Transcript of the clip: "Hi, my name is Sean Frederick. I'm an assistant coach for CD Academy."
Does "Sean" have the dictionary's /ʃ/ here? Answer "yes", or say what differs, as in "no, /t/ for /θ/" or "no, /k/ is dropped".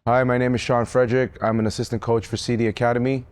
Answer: yes